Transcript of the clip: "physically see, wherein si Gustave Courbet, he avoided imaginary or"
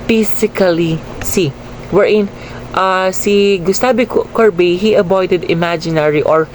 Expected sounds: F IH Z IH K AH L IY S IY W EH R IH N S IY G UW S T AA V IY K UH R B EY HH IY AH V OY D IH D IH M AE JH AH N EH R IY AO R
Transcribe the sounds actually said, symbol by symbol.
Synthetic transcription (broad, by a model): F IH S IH K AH L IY S IY W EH R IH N S IY G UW S T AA B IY K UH R B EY HH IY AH B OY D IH D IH M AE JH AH N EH R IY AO R